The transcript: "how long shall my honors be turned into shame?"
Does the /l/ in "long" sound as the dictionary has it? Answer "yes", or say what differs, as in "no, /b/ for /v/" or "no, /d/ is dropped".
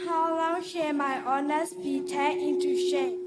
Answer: yes